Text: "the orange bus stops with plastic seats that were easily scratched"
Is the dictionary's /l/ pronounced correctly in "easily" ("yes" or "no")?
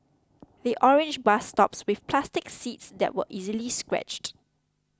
yes